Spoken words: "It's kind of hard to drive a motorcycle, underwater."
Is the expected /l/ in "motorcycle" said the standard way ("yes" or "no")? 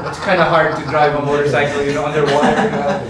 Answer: no